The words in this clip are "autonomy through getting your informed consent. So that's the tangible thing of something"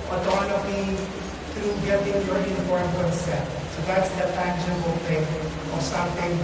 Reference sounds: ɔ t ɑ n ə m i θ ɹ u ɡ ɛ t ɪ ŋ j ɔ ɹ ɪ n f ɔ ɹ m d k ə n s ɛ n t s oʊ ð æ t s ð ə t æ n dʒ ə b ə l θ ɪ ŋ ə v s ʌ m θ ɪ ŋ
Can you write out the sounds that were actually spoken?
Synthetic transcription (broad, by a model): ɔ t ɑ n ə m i t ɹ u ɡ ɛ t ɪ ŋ j ɔ ɹ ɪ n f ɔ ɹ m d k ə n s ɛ t s oʊ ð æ t s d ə t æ n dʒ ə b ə l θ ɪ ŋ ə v s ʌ m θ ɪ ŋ